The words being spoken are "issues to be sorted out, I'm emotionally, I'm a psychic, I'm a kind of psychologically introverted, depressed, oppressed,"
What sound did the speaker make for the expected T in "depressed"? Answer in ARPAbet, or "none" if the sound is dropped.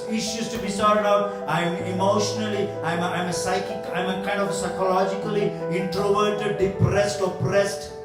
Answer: T